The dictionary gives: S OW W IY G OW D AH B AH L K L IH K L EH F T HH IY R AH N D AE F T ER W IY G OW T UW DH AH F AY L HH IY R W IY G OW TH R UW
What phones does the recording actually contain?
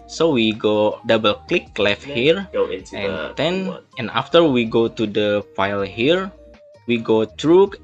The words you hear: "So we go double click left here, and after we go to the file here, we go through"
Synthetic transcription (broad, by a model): S OW W IY G OW D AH B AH L K L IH K L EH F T HH IY R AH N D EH F T ER W IY G OW T UW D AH F AY L HH IY R W IY G OW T R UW